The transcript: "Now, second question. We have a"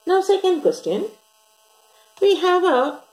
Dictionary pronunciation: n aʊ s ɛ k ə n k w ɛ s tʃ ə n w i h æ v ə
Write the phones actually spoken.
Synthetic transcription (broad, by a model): n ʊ s ɛ k ə n k w ɛ s tʃ ə n w i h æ v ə